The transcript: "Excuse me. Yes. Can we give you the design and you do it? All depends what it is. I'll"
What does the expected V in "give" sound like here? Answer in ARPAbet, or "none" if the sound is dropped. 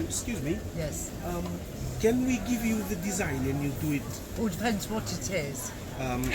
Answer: V